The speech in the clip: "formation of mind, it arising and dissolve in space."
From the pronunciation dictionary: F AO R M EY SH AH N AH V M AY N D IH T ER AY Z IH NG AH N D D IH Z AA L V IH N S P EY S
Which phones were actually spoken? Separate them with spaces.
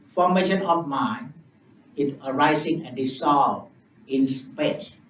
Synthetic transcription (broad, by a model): F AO M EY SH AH N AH F M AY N IH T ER AY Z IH NG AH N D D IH S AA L IH N S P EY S